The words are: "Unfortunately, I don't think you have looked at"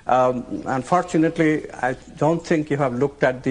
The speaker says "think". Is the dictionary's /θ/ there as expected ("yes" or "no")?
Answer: no